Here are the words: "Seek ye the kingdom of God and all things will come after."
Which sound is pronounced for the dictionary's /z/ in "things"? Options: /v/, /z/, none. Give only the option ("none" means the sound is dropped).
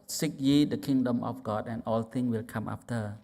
none